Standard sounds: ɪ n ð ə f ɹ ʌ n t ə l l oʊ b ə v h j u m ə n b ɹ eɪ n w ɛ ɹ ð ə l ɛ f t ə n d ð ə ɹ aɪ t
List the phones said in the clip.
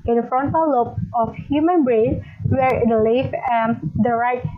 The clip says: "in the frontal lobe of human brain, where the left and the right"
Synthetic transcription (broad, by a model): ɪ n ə f ɹ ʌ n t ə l l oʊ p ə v h j u m ə n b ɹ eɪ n w ɛ ɹ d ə l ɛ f ə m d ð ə ɹ aɪ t